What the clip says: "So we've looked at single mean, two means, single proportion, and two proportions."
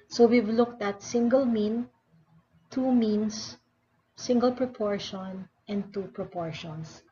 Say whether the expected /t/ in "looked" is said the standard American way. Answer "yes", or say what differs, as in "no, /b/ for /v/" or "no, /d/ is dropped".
yes